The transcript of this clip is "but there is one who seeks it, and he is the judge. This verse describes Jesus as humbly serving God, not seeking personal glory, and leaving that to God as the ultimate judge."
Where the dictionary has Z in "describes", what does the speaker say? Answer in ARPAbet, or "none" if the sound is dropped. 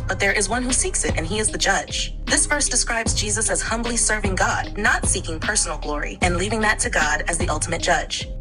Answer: Z